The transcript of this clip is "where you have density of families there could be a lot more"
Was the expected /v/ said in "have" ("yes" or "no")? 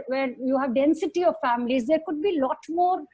yes